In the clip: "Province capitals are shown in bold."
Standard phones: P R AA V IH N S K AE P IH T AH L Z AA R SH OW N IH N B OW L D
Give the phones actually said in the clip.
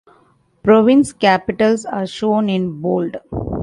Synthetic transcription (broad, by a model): P R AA V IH N S K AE P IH T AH L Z AA R SH OW N IH N B OW L D